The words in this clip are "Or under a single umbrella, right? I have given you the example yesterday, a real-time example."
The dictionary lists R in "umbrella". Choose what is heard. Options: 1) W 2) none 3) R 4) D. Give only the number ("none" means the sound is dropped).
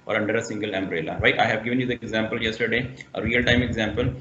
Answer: 3